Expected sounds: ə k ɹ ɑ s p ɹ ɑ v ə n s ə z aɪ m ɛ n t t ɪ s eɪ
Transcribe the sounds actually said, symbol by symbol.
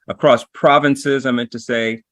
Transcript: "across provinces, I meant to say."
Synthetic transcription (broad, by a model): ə k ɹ ɑ s p ɹ ɑ v ə n s ə z aɪ m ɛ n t t ɪ s eɪ